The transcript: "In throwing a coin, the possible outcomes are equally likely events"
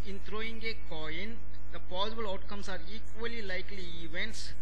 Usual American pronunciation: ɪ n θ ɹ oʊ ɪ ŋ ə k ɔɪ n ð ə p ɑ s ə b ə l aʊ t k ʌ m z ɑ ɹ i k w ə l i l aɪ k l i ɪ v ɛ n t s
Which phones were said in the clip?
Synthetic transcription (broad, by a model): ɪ n t ɹ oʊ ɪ ŋ ə k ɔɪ n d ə p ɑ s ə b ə l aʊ t k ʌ m s ɑ ɹ i k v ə l i l aɪ k l i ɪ v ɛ n t s